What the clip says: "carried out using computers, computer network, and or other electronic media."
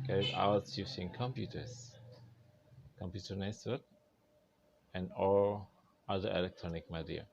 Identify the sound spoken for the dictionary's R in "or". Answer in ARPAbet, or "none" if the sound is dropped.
L